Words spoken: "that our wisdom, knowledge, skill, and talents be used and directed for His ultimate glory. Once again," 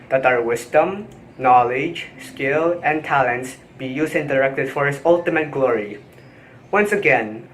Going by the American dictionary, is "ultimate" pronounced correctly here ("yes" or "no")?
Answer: yes